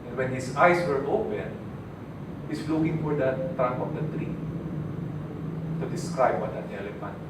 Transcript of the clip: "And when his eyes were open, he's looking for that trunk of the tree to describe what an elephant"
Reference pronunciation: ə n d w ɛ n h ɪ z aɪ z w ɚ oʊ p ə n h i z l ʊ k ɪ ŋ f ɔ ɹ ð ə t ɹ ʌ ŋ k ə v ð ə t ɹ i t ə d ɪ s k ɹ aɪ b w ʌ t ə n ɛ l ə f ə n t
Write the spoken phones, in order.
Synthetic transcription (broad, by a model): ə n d w ɛ n h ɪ s aɪ s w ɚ oʊ p ə n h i s l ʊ k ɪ ŋ f ɔ ɹ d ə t ɹ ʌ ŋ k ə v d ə t ɹ i t ə d ɪ s k ɹ aɪ b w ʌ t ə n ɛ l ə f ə n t